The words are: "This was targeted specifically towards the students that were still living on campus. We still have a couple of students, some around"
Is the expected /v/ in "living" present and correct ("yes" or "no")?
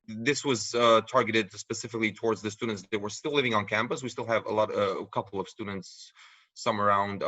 yes